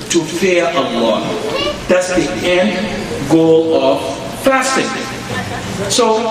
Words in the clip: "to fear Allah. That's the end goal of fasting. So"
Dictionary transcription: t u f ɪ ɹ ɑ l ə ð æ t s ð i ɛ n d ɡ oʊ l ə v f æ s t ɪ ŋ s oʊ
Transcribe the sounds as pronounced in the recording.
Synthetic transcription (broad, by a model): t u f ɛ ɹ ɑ w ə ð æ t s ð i ɛ n d ɡ oʊ l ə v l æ s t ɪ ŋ s oʊ